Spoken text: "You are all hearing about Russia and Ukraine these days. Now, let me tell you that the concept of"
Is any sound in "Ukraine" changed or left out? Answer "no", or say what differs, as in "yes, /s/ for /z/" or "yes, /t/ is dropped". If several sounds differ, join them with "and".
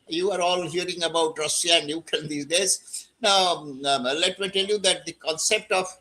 yes, /ɹ/ is dropped